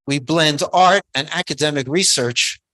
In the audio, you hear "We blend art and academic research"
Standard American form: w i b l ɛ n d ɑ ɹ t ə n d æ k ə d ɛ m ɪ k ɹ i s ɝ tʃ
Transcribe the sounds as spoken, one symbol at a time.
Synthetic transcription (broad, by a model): w i b l ɛ n d ɑ ɹ t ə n æ k ə d ɛ m ɪ k ɹ i s ɝ tʃ